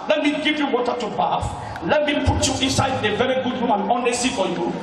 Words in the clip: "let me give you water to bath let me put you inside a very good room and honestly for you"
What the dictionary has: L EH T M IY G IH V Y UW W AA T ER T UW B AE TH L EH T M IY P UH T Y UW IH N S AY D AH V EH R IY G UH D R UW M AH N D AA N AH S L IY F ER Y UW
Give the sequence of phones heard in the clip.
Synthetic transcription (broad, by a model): L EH T M IY G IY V Y UW W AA T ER T UW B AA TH L EH T M IY P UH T Y UW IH N S AY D AH V EH R IY G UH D W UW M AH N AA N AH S IY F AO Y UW